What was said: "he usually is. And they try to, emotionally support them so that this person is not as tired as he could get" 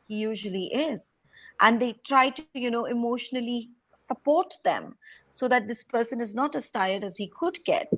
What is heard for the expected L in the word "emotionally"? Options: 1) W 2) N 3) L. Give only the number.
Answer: 3